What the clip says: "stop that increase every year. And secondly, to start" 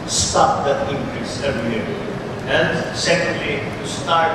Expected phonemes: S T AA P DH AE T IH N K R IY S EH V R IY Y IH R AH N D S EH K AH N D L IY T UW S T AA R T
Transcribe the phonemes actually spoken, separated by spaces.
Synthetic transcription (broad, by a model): S T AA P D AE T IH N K R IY S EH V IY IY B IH L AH N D S EH K AH N D L IY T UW S T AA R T